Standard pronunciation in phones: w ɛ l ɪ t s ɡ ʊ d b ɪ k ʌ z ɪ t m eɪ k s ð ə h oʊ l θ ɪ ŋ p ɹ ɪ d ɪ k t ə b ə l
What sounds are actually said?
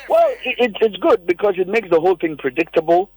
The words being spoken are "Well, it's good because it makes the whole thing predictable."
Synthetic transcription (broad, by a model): w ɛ l ɪ t s ɡ ʊ d b ɪ k ʌ z ɪ t m eɪ k s ð ə h oʊ l θ ɪ ŋ p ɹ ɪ d ɪ k t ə b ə l